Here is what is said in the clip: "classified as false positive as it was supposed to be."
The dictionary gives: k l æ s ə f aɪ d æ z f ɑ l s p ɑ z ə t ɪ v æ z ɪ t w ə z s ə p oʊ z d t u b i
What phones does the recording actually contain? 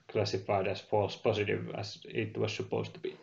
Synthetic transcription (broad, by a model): k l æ s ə f aɪ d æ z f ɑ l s p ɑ s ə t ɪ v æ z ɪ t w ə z s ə p oʊ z t u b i